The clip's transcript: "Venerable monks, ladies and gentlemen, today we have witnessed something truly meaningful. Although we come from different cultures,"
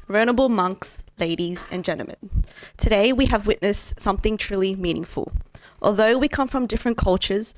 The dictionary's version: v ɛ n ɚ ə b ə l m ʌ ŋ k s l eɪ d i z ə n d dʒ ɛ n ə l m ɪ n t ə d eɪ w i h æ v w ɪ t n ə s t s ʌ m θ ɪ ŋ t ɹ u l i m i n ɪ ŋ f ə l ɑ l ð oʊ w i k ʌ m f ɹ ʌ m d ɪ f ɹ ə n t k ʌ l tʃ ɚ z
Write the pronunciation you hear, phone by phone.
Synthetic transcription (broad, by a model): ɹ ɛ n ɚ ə b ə l m ʌ ŋ k s l eɪ d i z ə n dʒ ɛ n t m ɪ n t ə d eɪ w i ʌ v w ɪ t n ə s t s ʌ m θ ɪ ŋ t ɹ u l i m i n ɪ ŋ f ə l ɑ l ð oʊ w i k ʌ m f ɹ ʌ m d ɪ f ɹ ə n k ʌ l tʃ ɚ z